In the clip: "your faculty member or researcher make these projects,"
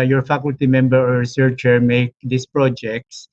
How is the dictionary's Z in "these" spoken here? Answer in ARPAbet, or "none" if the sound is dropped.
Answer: S